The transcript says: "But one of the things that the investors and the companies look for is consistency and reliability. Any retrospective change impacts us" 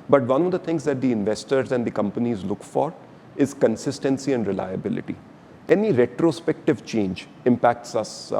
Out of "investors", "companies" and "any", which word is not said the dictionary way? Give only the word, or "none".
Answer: none